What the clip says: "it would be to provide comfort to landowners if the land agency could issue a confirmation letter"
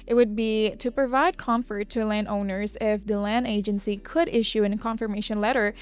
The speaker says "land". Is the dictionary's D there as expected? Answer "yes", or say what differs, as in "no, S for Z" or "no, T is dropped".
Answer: yes